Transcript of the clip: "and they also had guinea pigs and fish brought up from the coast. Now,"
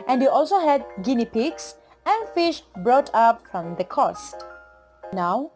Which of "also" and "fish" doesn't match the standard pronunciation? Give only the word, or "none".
none